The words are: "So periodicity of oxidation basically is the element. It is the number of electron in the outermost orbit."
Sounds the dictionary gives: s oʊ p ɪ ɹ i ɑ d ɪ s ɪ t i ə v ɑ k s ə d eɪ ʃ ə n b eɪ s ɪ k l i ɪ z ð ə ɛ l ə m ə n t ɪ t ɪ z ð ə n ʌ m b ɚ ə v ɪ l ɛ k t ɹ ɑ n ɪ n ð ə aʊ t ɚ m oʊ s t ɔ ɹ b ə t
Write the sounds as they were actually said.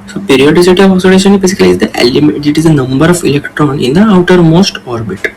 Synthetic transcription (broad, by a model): s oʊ p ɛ ɹ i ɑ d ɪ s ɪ t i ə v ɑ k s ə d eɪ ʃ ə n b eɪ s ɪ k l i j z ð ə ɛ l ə m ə t ɪ t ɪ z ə n ʌ m b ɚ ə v ɪ l ɛ k t ɹ ɑ n ɪ n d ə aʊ t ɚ m oʊ s t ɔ ɹ b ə t